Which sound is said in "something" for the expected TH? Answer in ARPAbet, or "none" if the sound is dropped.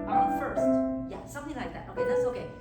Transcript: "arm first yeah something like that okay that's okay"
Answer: TH